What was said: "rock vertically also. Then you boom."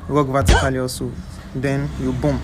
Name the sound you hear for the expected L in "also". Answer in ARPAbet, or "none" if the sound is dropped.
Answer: none